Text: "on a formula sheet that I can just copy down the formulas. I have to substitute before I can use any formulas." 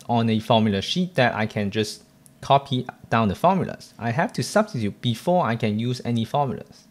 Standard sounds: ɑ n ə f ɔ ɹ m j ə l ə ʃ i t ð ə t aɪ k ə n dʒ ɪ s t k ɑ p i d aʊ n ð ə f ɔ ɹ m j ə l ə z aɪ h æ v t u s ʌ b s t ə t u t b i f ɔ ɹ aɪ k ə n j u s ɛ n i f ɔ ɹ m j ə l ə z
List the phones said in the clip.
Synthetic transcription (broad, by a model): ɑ n ə f ɔ m j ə l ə ʃ i t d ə t aɪ k ə n dʒ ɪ s k ɑ p i d aʊ n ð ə f ɔ m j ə l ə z aɪ h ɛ f t u s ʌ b s t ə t u t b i f ɔ aɪ k ə n j u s ɛ n i f ɔ m j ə l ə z